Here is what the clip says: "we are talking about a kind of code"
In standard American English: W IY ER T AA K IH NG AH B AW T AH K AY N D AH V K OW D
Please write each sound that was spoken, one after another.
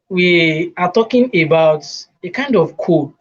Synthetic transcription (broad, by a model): W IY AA T AA K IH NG AH B AW T AH K AY N D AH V K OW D